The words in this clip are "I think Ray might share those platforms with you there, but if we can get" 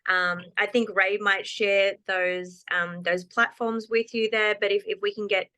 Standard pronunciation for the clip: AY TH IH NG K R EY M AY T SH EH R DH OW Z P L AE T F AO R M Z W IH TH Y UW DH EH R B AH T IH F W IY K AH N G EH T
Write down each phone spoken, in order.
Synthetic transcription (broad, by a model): AY TH IH NG K R EY M AY T SH EH R DH OW Z P L AE T F AO R M Z W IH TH Y UW DH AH R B AH T IH F W IY K AH N G EH T